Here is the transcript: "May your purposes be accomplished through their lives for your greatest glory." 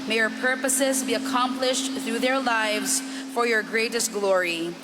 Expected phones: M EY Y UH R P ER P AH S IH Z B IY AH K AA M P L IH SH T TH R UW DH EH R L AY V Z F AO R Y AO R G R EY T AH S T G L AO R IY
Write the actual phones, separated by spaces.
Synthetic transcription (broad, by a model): M EY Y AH R P ER P AH S IH Z B IY AH K AA M P L IH SH T TH R UW DH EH R L AY V Z F AO R Y AO R G R EY T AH S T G L AO R IY